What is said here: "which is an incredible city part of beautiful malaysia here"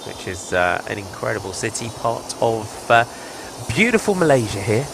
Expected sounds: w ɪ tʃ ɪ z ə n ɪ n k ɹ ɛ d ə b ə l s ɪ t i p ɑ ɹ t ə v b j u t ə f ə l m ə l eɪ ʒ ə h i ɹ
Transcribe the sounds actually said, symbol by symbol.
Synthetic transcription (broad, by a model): w ɪ tʃ ɪ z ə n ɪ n k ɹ ɛ d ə b ə l s ɪ t i p ɑ t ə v b j u t ə f ə l m ə l eɪ ʒ ə h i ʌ